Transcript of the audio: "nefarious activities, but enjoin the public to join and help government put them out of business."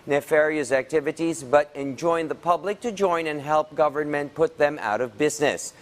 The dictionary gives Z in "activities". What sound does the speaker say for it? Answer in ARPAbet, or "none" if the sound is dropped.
Z